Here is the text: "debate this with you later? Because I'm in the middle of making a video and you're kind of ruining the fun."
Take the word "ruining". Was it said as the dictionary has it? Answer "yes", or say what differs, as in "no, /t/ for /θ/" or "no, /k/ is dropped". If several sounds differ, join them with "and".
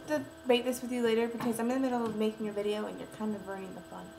no, /n/ is dropped